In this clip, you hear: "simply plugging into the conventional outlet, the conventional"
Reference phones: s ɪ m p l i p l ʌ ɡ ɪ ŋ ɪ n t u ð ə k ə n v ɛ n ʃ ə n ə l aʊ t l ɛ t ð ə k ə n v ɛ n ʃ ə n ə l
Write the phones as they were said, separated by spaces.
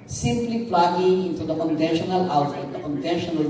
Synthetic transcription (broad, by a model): s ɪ m p l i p l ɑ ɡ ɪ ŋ ɪ n t u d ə k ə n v ɛ n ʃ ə n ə l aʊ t ɛ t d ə k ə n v ɛ n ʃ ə n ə l